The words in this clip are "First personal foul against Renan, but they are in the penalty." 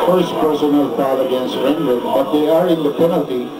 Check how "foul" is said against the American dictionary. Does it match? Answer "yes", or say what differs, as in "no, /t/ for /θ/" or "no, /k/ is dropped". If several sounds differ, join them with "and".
no, /p/ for /f/